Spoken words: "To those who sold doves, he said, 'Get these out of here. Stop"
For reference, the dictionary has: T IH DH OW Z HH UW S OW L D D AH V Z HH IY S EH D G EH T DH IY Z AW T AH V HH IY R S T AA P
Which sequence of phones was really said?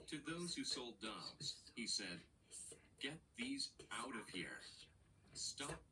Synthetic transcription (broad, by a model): T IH DH OW Z HH UW S OW L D D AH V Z HH IY S EH D G EH T DH IY Z AW T AH V HH IY R S T AA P